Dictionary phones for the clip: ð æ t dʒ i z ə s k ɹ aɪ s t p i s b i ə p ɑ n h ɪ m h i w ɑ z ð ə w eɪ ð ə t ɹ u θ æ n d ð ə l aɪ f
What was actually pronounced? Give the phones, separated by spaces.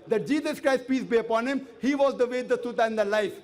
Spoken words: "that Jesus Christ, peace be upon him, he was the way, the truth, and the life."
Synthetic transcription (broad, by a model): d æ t dʒ i z ə s k ɹ aɪ s t p i s b i ə p ɑ n h ɪ m h i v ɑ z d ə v eɪ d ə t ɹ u t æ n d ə l aɪ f